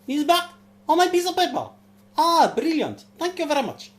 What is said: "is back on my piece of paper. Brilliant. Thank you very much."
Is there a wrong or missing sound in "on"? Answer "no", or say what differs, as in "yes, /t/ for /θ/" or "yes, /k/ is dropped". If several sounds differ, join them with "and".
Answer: yes, /l/ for /n/